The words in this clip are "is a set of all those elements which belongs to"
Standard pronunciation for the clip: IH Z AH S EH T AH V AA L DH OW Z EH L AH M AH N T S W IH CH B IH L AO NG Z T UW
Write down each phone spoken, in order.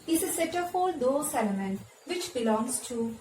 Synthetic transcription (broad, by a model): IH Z AH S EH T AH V AA L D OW S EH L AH M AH N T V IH CH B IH L AO NG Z T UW